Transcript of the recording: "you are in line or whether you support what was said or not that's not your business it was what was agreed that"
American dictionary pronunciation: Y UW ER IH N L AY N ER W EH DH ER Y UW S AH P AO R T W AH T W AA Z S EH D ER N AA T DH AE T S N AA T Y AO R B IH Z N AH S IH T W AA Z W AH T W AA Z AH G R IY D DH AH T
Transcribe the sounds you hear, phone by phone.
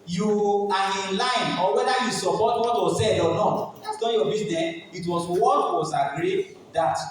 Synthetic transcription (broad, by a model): Y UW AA IH N L AY N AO W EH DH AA Y UW S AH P AO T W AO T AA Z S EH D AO N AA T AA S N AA Y AO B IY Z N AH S IH T W AA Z W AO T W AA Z AH G R IY D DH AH T